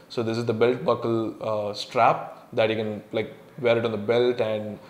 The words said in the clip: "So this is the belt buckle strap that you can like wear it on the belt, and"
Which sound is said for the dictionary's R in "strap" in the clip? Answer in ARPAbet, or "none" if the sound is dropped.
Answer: R